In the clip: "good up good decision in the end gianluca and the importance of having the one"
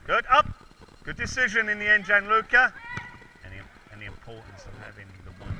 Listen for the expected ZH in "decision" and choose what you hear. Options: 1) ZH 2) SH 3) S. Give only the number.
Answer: 1